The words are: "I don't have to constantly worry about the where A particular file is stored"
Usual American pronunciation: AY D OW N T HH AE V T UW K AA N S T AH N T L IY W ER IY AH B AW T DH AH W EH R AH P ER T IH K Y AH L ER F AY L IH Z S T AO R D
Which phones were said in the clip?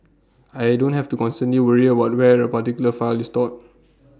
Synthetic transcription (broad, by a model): AY D OW N T HH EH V T UW K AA N S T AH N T L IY W ER IY AH B AW T W EH R AH P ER T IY K Y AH L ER F AY L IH S T AO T